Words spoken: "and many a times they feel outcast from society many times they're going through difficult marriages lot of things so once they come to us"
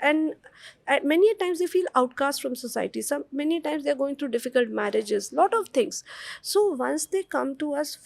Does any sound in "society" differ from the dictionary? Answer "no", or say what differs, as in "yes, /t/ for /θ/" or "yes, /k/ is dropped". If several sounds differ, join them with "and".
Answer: yes, /s/ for /t/